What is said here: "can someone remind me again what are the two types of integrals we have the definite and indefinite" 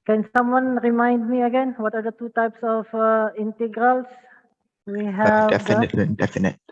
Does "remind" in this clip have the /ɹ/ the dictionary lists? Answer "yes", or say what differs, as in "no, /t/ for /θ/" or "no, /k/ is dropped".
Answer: yes